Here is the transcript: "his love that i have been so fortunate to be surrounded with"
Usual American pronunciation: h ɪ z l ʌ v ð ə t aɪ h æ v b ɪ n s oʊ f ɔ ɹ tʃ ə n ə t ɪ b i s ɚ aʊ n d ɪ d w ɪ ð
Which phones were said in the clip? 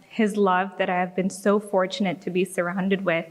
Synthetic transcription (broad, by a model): h ɪ z l ʌ v ð ə t aɪ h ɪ v b ɪ n s oʊ f ɔ ɹ tʃ ə n ə t ɪ b i s ɚ aʊ n d ɪ d w ɪ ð